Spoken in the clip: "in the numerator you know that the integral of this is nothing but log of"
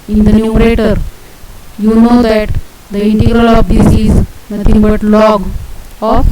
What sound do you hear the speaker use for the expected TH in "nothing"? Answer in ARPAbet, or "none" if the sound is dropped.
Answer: T